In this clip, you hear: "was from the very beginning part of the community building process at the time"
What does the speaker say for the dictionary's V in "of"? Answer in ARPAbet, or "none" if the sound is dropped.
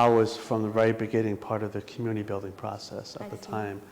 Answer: V